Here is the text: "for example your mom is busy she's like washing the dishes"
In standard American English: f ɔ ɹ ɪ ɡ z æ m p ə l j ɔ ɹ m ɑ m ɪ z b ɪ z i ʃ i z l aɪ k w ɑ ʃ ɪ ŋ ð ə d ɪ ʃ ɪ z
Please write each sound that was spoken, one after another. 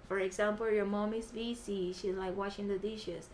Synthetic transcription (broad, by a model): f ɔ ɹ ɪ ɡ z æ m p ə l j ɔ ɹ m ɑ m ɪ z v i s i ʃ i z l aɪ k w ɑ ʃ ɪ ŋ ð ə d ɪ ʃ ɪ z